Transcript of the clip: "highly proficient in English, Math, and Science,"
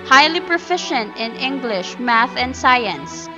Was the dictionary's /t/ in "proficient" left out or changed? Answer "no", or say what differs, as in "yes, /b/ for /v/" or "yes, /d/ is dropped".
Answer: no